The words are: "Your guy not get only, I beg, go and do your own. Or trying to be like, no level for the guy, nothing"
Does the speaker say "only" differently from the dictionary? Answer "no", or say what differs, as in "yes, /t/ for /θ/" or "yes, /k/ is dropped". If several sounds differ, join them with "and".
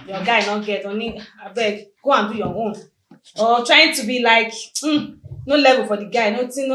yes, /l/ is dropped